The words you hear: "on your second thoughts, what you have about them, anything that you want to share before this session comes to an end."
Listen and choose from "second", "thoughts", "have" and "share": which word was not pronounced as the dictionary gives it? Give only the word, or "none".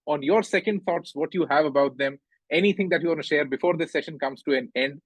thoughts